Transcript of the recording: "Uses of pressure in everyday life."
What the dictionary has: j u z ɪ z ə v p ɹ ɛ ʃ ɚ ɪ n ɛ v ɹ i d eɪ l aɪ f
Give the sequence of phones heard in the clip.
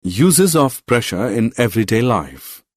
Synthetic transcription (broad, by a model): j u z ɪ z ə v p ɹ ɛ ʃ ɚ ɪ n ɛ v ɹ i d eɪ l aɪ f